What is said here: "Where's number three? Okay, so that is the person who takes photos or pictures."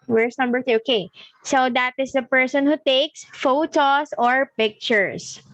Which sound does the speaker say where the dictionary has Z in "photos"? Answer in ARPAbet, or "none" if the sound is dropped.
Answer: S